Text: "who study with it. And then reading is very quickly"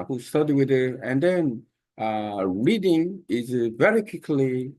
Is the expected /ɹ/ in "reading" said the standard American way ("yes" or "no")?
yes